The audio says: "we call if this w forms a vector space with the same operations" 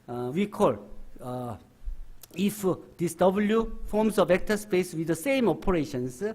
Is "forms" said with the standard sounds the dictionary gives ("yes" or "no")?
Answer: no